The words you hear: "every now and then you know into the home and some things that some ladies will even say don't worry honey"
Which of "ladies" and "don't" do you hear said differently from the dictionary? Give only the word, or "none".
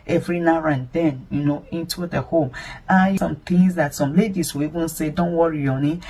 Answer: ladies